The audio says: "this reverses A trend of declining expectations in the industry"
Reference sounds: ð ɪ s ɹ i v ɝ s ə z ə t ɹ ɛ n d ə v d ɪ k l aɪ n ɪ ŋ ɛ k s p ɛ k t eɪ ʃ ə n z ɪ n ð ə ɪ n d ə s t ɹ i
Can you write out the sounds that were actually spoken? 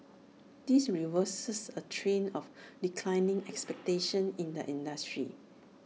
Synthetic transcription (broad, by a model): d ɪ s ɹ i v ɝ s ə s ə t ɹ ɛ n ə f d ɪ k l aɪ n ɪ ŋ ɛ k s p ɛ k t eɪ ʃ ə n ɪ n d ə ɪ n d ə s t ɹ i